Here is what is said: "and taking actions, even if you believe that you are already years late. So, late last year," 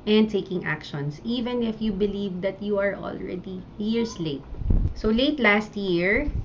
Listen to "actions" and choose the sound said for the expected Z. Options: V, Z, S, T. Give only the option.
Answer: S